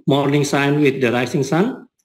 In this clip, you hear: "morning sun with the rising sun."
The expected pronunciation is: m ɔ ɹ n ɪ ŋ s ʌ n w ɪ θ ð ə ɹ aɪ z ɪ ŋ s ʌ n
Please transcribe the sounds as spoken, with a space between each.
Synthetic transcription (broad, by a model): m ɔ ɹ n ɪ ŋ s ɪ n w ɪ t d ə ɹ aɪ s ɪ ŋ s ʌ n